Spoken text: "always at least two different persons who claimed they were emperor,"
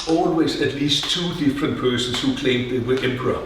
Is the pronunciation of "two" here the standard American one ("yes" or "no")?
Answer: yes